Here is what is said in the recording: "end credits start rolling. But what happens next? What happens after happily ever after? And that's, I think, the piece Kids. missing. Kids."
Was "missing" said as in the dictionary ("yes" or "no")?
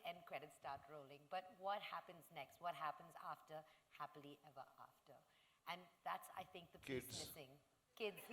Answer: no